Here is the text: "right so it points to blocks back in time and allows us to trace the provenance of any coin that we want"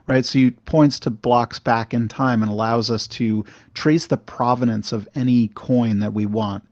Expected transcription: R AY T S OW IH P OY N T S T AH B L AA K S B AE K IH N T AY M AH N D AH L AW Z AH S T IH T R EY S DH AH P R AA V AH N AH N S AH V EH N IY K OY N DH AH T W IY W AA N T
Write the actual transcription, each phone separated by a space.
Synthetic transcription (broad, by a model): R AY T S OW IH P OY N T S T AH B L AA K S B AE K IH N T AY M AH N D AH L AW Z AH S T IH T R EY S DH AH P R AA V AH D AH N S AH V EH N IY K OY N DH AH T W IY W AA N T